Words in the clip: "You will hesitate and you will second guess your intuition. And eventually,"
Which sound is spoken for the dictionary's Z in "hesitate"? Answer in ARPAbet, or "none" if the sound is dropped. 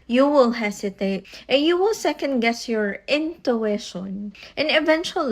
S